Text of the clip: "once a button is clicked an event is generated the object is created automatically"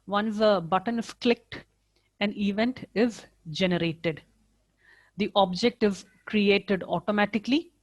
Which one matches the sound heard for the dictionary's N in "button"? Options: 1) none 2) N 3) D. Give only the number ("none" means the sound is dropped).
2